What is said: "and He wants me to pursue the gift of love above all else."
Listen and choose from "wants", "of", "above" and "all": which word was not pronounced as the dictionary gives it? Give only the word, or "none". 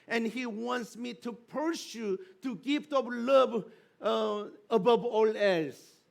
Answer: of